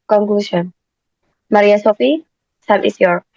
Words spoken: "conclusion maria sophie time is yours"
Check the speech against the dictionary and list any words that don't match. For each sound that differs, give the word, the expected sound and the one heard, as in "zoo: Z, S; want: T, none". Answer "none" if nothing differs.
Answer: time: T, S; is: Z, S